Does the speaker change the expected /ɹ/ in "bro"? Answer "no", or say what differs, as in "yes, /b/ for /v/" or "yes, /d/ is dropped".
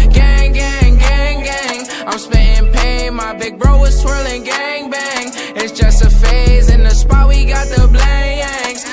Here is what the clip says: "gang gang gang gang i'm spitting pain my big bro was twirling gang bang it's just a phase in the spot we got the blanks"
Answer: no